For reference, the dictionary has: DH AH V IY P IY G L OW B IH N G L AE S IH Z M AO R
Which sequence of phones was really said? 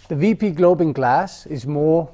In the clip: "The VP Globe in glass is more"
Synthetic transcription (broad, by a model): DH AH V IY P IY G L OW B IH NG G L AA S IH Z M AO